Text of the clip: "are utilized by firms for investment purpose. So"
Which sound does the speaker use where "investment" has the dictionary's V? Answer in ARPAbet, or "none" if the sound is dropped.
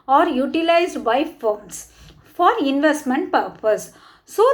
V